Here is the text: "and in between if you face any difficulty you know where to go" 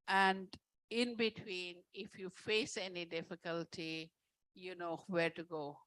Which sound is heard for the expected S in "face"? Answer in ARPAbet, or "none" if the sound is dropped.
S